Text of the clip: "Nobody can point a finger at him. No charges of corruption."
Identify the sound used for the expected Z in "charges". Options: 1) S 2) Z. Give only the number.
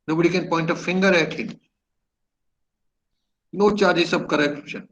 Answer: 1